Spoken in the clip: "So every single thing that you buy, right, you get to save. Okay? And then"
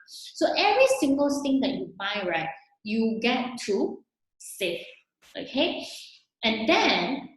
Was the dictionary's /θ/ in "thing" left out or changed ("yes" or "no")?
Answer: yes